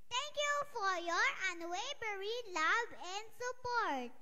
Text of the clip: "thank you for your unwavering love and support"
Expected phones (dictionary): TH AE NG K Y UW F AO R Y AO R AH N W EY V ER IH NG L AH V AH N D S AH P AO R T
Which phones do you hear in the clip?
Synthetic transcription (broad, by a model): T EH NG K Y UW F AO R Y AO R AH N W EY B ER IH L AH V AH N D S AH P AO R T